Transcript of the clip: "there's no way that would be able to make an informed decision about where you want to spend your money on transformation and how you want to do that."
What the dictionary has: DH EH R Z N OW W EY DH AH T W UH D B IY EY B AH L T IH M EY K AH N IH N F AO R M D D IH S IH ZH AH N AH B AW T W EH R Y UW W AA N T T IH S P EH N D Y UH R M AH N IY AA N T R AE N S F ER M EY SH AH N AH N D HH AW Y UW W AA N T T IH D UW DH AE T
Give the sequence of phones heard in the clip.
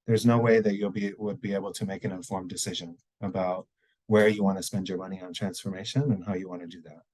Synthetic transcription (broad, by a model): DH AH R Z N OW W EY DH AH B W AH D B IY EY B L T IH M EY K AH N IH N F AO R M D D IH S IH ZH AH N AH B AW T W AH R Y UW W AA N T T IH S P EH N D Y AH R M AH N IY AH N T R AE N S F ER M EY SH AH N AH N HH AW Y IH W AA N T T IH D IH DH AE T